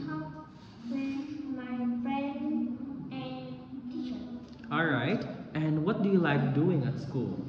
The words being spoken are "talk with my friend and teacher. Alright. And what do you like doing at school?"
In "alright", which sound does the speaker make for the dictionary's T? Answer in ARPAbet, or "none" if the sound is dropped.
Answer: T